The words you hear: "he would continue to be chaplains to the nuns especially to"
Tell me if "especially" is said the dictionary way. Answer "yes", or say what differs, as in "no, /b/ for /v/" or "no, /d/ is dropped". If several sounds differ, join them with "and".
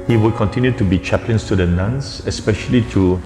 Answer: yes